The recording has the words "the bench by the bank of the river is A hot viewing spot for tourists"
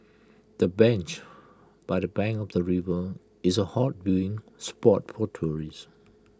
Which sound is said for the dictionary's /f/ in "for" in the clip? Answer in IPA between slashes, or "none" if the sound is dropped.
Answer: /p/